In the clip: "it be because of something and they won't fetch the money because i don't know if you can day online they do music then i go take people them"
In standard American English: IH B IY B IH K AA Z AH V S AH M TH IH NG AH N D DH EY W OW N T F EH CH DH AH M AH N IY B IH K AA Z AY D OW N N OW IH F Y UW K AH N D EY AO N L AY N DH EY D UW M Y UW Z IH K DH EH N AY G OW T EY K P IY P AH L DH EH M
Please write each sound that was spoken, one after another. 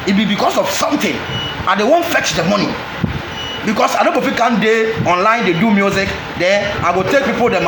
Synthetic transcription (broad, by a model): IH B IY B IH K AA S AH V S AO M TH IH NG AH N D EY W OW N F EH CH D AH M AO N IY B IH K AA S AY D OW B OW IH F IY K AH N D EY AO N L AY N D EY D UW M Y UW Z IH K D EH AY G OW T EY K P IY P AH L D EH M